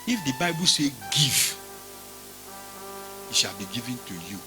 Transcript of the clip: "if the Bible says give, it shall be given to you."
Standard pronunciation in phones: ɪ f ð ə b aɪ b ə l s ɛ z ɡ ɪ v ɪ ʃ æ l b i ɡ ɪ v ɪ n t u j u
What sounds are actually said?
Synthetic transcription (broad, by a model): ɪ f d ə b aɪ b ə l s ɛ ɡ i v ɪ ʃ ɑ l b i ɡ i v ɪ n t u j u